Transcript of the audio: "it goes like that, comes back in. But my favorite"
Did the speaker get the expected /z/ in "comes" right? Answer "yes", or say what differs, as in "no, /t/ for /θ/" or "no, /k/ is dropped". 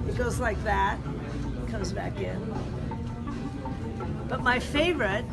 yes